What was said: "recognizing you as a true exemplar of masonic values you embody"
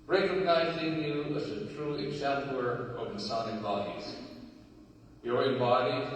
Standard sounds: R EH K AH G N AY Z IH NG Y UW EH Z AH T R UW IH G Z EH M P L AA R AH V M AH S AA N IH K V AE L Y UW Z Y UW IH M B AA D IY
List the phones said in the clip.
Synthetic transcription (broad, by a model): R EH K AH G N AY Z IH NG Y UW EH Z AH T R UW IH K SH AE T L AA R AH V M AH S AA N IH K B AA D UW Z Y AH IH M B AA D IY